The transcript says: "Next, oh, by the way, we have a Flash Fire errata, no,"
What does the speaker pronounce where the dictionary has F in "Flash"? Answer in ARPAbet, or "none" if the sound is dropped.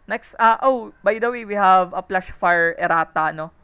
P